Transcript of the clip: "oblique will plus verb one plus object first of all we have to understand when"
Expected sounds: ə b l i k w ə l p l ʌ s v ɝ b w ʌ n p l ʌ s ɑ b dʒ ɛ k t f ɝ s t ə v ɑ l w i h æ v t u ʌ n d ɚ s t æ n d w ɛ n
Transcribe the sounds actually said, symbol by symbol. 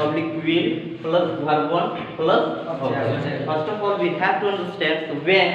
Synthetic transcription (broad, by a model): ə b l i k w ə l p l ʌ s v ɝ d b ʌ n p l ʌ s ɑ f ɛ t s t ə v ɑ l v i h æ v t u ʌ n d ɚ s t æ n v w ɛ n